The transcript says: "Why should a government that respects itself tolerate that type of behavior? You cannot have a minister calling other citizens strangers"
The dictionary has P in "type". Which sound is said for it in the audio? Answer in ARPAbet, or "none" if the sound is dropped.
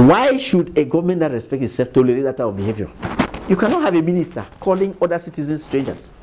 none